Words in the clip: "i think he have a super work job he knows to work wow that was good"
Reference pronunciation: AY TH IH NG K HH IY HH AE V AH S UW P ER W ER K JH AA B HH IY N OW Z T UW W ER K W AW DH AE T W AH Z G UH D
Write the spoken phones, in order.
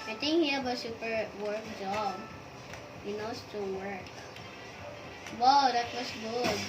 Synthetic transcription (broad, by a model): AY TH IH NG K HH IY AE B AH S UW P ER W ER K JH AA B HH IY N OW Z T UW W ER K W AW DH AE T W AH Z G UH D